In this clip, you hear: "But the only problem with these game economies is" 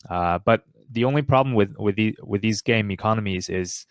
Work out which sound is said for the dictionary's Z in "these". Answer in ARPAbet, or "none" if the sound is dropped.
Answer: Z